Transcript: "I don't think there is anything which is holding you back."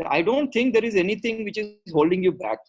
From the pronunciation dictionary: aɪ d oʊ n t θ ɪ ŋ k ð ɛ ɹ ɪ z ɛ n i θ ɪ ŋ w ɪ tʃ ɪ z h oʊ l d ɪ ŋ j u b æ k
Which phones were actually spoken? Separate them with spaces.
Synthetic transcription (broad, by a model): aɪ d oʊ n t t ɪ ŋ k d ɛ ɹ ɪ z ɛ n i t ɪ ŋ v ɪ tʃ ɪ z h oʊ l d ɪ ŋ j u b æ k